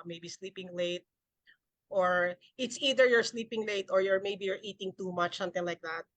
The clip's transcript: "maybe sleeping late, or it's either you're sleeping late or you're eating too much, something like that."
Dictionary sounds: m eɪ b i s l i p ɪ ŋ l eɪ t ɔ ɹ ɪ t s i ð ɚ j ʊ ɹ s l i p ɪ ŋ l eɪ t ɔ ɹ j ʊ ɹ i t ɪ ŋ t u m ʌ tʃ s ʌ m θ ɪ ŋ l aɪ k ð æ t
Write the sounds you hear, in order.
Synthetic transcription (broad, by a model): m eɪ b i s l i p ɪ ŋ l eɪ t ɔ ɹ ɪ t s i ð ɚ j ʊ ɹ s l i p ɪ ŋ l eɪ t ɔ ɹ j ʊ ɹ i t ɪ ŋ t u m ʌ tʃ s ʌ m t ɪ ŋ l aɪ k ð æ t